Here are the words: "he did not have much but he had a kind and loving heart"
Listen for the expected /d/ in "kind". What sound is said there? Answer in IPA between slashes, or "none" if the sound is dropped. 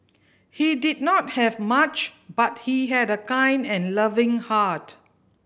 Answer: /d/